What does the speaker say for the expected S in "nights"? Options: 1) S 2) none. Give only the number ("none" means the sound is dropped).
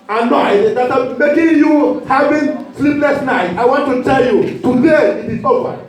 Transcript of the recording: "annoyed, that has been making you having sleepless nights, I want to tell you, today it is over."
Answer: 2